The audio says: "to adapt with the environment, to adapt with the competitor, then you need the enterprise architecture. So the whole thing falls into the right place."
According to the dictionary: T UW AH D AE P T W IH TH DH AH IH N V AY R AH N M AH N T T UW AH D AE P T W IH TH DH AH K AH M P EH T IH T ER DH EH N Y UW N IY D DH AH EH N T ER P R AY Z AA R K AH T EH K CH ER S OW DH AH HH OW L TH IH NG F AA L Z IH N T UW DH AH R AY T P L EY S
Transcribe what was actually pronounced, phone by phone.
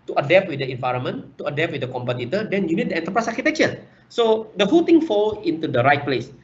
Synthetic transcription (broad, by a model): T UW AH D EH P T W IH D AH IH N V AY R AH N M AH N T T UW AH D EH P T W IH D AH K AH M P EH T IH T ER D EH N Y UW N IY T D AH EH N T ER P R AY S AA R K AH T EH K CH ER S OW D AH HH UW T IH NG F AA L IH N T UW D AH R AY T P L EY S